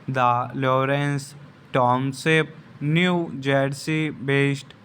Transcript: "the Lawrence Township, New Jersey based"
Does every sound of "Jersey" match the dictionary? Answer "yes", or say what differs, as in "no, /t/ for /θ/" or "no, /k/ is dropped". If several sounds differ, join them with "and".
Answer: no, /s/ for /z/